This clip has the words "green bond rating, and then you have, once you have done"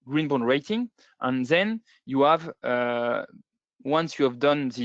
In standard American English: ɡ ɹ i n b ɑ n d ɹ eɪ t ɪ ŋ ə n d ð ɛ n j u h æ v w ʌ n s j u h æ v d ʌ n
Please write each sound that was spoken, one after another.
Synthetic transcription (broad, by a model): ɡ ɹ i n b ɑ d ɹ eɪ t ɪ ŋ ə n ð ɛ n j u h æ v w ʌ n s j u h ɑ v d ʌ n